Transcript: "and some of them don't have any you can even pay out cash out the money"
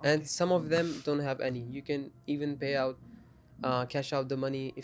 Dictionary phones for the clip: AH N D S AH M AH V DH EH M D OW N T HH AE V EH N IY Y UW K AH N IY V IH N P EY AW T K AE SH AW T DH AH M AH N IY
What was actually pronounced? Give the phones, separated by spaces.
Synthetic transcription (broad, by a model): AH N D S AH M AH V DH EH M D OW N T HH AE V EH N IY Y UW K AH N IY V IH N P EY AW T K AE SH AW T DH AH M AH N IY